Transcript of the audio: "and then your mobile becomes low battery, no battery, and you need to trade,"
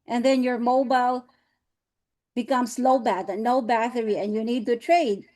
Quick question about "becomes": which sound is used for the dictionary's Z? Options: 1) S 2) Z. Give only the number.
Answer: 1